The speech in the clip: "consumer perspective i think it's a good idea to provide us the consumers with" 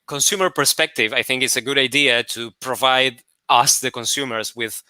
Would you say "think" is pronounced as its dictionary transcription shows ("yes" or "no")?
yes